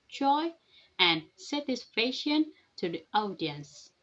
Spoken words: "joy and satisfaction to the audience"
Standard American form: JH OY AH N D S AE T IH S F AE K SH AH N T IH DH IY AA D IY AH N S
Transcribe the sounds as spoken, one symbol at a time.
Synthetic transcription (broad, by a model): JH OY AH N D S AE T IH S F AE SH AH N T IH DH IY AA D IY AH N S